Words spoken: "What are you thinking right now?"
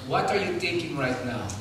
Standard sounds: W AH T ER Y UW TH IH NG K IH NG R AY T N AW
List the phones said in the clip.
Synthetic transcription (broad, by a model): W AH T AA Y UW T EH K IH NG R AY T N AW